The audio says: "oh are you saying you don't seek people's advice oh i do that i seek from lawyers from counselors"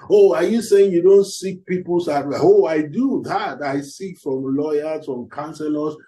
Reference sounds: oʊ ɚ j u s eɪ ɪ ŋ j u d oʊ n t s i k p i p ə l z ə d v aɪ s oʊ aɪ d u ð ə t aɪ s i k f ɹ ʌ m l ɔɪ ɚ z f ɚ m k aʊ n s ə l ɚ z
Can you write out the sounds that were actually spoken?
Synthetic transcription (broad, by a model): oʊ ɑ j u s eɪ ɪ ŋ j u d oʊ n t s i k p i p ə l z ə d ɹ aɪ oʊ aɪ d u ð ə t aɪ s i k f ɹ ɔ m l ɔɪ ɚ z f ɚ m k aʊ n s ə l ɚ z